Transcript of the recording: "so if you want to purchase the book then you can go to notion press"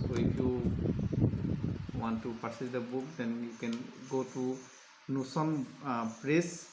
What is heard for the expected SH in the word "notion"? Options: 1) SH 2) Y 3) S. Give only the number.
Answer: 3